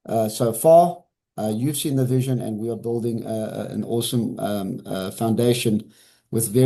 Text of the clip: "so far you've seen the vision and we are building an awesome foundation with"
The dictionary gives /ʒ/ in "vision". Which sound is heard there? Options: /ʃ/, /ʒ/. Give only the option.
/ʒ/